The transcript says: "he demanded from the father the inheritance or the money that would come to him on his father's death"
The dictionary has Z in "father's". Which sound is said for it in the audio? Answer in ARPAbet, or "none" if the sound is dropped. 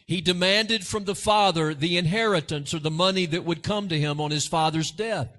Z